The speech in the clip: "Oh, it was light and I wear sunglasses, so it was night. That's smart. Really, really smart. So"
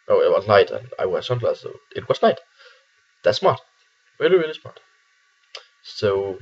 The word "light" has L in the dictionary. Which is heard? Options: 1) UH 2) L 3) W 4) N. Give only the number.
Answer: 4